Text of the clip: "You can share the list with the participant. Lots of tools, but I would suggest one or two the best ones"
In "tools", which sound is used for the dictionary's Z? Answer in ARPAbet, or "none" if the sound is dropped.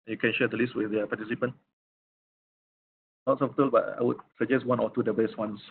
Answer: none